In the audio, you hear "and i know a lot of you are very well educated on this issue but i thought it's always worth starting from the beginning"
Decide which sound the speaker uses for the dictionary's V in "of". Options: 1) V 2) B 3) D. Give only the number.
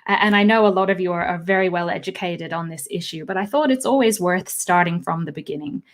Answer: 1